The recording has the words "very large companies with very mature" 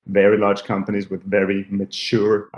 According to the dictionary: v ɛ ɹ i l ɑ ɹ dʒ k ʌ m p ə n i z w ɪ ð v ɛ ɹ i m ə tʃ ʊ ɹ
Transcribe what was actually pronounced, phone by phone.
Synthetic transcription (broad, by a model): v ɛ ɹ i l ɑ ɹ dʒ k ʌ m p ə n i z w ɪ ð v ɛ ɹ i m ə tʃ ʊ ɹ